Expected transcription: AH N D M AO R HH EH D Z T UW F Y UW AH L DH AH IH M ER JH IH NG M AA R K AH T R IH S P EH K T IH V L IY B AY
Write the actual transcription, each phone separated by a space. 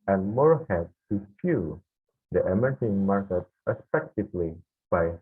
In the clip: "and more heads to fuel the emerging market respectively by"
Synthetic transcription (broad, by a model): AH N M AO R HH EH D T UW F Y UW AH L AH M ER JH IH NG M AA R K AH T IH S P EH K T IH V L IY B AY